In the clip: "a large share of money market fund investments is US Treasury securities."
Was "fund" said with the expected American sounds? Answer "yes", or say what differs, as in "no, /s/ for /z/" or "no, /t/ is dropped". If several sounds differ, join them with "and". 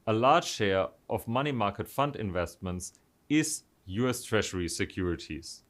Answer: yes